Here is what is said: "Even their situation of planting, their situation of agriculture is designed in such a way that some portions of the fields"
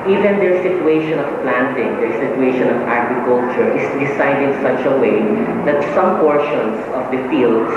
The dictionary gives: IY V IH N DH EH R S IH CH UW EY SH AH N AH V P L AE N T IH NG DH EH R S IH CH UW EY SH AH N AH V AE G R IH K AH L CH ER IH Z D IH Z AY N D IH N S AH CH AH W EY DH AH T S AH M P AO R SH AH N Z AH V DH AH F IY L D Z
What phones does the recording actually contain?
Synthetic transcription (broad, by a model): IY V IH N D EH R S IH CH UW EY SH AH N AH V P L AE N T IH NG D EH R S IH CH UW EY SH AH N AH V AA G R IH K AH L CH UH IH S D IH S AY D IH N S AH CH AH W EY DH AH T S AH M P AO R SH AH N S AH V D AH F IY L D